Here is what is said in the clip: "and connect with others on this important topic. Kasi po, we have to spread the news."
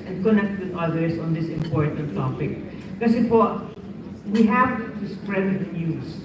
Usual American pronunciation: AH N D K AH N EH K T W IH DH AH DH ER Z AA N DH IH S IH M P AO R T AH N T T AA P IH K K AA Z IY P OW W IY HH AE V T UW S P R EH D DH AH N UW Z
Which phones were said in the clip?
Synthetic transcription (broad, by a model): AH N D K AH N EH K T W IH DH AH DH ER S AA N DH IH S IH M P AO R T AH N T T AA P IH K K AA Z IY F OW W IY HH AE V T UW S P R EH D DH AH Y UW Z